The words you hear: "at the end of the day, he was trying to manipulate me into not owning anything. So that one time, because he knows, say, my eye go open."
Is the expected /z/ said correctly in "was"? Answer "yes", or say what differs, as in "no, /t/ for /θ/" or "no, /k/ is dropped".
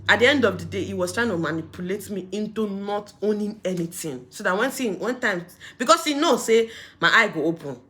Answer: no, /s/ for /z/